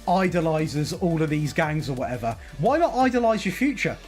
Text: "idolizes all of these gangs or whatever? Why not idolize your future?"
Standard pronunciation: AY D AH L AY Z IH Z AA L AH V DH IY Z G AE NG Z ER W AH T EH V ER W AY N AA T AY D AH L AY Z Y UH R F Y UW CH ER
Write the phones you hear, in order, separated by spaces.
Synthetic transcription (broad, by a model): AY D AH L AY Z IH Z AA L AH V DH IY Z G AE NG Z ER W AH T EH V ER W AY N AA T AY D AH L AY Z Y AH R F Y UW CH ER